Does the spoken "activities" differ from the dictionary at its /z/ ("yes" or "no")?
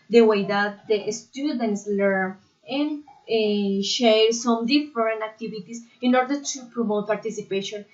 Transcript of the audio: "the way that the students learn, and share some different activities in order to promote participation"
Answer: yes